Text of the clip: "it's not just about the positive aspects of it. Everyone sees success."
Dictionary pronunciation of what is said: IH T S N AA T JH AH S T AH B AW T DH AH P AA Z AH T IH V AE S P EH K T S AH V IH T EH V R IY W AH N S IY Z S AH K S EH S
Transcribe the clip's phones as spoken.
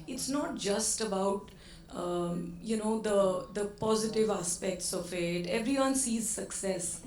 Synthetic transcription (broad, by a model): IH T S N AA T JH AH S T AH B AW T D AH P AA Z AH T IH V AE S P EH K T S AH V IH T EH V R IY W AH N S IY Z S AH K S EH S